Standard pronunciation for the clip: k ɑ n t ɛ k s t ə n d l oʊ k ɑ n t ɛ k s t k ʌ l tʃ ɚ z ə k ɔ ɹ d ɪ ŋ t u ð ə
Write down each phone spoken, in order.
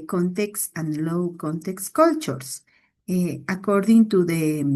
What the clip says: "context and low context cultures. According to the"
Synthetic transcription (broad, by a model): k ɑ n t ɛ k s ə n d l oʊ k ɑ n t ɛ k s k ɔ l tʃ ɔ s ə k ɔ ɹ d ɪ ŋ t u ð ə